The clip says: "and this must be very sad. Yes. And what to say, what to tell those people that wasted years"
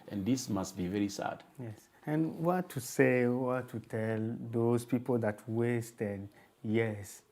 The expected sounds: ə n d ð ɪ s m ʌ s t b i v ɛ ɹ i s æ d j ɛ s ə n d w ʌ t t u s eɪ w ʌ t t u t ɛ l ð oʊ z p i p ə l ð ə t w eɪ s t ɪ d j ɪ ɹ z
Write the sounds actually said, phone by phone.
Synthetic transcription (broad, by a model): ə n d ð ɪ s m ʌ s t b i v ɛ ɹ i s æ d j ɛ s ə n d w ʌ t t u s eɪ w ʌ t t u t ɛ l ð oʊ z p i p ə l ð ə t w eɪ s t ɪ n j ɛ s